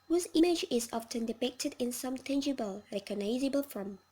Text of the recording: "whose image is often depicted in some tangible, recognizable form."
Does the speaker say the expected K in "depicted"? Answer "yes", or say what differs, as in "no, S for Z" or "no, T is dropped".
yes